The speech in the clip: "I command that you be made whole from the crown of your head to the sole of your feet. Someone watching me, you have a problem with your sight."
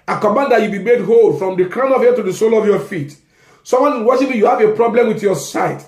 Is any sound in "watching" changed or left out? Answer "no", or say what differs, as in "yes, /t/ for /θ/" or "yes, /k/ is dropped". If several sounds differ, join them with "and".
yes, /ʃ/ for /tʃ/